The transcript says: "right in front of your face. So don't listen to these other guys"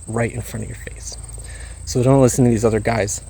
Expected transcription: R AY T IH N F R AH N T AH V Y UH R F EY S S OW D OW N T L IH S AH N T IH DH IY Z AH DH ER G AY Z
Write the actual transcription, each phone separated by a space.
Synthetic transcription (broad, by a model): R AY T IH N F R AH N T AH V Y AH R F EY S S OW D OW N T L IH S N T IH DH IY Z AH DH ER G AY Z